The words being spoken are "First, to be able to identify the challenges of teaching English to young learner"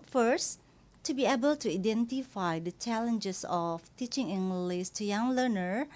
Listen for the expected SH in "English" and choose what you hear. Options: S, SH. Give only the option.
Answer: S